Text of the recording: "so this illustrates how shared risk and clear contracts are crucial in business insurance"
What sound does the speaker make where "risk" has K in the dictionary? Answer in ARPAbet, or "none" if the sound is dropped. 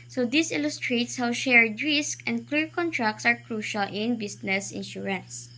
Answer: K